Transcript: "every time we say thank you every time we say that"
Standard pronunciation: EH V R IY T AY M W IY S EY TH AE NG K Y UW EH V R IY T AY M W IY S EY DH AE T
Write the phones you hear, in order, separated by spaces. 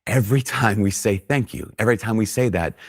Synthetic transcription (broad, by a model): EH V R IY T AY M W IY S EY TH AE NG K Y UW EH V R IY T AY M W IY S EY DH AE T